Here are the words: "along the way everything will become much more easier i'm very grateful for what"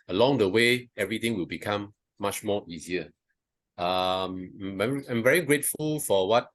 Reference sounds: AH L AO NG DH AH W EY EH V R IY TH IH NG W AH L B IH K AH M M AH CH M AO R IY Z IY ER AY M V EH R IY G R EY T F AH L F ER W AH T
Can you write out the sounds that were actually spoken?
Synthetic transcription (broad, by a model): AH L AO NG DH AH W EY EH V R IY T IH NG W AH L B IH K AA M M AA CH M AO IY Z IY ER AY M V EH R IY G R EY T F AH L F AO W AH T